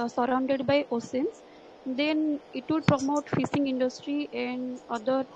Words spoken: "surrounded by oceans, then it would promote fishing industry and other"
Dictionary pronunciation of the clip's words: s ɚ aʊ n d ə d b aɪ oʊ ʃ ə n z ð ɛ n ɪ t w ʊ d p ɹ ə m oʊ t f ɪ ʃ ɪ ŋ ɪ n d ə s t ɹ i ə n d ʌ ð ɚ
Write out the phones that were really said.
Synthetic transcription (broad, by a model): s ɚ aʊ n d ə d b aɪ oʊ s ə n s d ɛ n ɪ t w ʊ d p ɹ ə m oʊ t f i s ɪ ŋ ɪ n d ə s t ɹ i ə n d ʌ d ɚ